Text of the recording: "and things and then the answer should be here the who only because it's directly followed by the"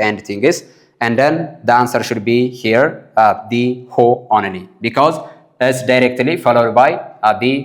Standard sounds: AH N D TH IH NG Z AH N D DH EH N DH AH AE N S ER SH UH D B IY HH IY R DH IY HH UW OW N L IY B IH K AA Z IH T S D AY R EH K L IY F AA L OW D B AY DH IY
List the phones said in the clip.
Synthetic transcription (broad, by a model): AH N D T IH NG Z AH N D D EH N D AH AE N S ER SH UH D B IY HH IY R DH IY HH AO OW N N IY B IH K AA Z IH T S D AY R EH K L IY F AA L OW D B AY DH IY